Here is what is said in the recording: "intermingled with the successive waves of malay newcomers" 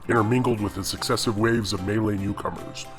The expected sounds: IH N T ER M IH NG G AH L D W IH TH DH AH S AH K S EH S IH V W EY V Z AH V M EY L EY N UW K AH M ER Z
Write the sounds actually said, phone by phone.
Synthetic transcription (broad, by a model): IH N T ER M IH NG G L D W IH DH AH S AH K S EH S IH V W EY V Z AH V M EY L EY N UW K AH M ER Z